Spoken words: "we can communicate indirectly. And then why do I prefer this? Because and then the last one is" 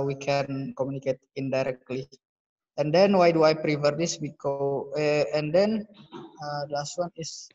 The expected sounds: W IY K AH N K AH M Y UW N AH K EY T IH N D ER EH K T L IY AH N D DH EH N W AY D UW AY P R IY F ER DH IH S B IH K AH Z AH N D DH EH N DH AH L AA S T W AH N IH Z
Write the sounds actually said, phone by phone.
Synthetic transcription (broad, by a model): W IY K AH N K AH M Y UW N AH K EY T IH N D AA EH K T L IY AH N D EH N W AY D UW AY P R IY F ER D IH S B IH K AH AH N D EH N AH L AA S T W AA N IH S